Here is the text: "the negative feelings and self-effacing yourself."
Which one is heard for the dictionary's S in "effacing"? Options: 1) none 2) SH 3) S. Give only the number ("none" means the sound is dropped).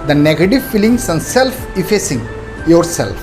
3